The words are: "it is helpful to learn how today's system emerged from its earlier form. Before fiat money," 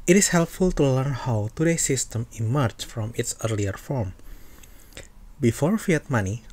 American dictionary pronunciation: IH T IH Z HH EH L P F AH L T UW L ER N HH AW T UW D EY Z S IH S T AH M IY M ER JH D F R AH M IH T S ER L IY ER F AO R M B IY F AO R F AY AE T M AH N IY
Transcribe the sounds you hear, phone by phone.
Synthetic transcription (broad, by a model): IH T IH S HH EH L P F AH L T UW L ER N HH AW T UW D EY S IH S T AH M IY M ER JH F R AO M IH T S ER L IY ER F AO R M B IY F AO R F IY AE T M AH N IY